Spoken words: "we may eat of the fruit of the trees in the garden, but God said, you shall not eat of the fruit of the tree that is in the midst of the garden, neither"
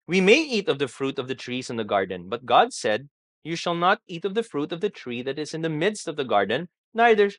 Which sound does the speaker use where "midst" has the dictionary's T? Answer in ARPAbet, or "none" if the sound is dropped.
T